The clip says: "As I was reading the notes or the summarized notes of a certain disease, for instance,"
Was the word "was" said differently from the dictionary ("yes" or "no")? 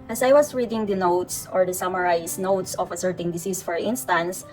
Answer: yes